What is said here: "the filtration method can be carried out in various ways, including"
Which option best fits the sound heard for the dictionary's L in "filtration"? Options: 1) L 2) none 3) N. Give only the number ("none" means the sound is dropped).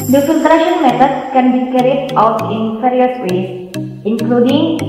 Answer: 3